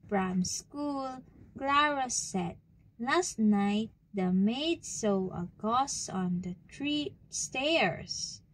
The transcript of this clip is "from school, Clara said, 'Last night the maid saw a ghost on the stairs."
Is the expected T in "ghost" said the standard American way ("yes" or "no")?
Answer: no